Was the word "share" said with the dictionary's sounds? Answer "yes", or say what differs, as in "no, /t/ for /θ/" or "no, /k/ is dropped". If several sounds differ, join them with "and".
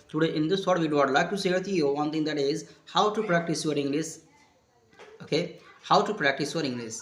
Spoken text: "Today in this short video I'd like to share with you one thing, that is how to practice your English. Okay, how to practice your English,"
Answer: no, /s/ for /ʃ/